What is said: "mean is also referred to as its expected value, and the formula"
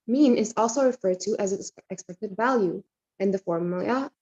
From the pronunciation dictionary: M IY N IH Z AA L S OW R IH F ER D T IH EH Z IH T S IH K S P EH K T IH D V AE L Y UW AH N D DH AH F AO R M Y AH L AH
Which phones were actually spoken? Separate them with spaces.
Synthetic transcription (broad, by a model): M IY N IH Z AA L S OW R IH F ER D T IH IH Z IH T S IH K S P EH K T IH D V AE L Y UW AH N DH AH F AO R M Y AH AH